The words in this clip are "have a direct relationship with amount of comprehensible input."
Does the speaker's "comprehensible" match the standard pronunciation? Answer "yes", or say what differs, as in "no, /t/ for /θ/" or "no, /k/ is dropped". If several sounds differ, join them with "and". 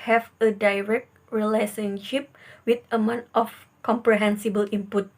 yes